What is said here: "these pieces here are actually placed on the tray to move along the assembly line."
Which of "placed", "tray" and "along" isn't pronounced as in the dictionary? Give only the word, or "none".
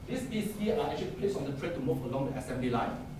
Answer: placed